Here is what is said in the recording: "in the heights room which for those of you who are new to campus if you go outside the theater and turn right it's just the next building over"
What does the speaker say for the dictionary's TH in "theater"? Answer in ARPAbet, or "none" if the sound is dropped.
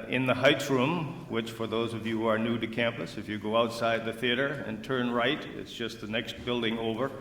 TH